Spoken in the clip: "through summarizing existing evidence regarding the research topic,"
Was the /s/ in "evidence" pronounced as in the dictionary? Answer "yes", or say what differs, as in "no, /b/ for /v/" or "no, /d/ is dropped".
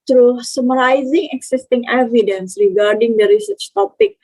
yes